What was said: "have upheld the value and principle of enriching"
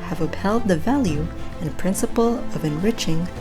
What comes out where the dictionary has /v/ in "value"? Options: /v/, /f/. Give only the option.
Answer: /v/